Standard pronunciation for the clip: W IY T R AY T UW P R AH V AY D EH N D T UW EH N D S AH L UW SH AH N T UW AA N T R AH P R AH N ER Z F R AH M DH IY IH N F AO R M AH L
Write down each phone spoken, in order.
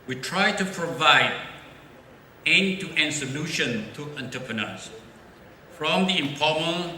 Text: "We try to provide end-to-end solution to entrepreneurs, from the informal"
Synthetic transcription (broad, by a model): W IY T R AY T UW P R AH V AY D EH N T UW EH N S AH L UW SH AH N T UW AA N T AH P R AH N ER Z F R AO M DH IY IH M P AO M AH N